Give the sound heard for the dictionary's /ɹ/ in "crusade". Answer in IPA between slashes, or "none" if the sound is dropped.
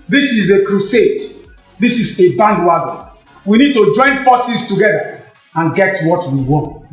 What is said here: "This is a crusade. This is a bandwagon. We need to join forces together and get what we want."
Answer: /ɹ/